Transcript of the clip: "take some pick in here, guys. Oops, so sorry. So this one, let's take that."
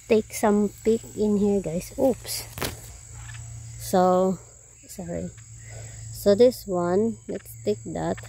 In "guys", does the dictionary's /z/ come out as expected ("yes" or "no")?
no